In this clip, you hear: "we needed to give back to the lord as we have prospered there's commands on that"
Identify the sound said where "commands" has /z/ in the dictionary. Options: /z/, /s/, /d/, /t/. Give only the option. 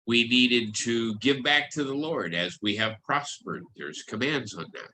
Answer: /z/